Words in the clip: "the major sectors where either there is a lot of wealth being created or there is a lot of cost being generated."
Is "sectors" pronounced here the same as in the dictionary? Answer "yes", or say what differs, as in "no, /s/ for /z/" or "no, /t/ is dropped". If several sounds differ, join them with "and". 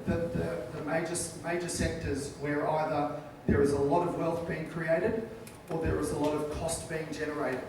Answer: yes